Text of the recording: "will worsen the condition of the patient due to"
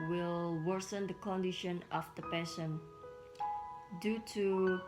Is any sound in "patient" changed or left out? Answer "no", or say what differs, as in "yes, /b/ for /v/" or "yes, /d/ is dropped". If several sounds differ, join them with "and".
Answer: yes, /s/ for /ʃ/